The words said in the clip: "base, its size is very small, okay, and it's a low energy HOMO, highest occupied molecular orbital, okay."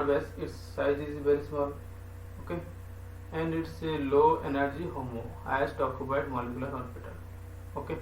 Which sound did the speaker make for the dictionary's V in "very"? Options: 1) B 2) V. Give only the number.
1